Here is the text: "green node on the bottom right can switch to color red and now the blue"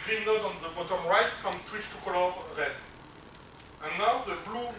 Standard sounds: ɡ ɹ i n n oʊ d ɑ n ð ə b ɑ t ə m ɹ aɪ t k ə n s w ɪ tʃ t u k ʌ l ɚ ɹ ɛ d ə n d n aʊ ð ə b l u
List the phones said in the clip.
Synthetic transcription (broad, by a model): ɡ ɹ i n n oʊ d ɑ n ð ə b ɑ t ə m ɹ aɪ t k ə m s w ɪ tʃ t u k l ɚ l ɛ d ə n n aʊ ð ə b l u